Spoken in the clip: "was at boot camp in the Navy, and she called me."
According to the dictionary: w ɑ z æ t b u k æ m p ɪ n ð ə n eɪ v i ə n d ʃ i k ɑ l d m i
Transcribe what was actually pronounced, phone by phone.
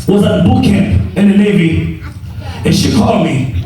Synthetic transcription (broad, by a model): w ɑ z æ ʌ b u k æ m p ɪ n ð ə n eɪ v i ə n ʃ i k ɑ l d m i